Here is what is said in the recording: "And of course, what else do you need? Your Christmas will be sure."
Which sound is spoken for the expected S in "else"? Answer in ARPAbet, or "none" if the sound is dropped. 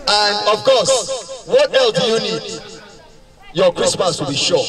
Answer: none